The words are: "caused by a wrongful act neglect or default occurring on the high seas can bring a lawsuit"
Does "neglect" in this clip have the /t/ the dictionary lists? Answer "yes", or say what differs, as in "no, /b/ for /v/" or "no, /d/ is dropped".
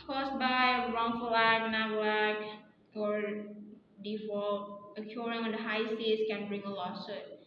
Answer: no, /t/ is dropped